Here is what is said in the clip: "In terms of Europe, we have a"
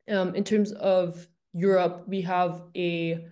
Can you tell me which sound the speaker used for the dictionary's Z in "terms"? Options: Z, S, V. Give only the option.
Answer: Z